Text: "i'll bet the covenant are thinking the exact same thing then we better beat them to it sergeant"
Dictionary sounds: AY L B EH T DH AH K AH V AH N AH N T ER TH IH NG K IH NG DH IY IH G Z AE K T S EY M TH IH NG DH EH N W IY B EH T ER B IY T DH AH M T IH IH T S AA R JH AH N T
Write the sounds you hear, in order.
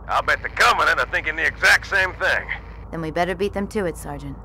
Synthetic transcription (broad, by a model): AY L B EH T DH AH K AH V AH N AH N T ER TH IH NG K IH NG DH IY IH G Z AE K T S EY M TH IH NG DH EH N W IY B EH T ER B IY T DH AH M T IH IH T S AA R JH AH N T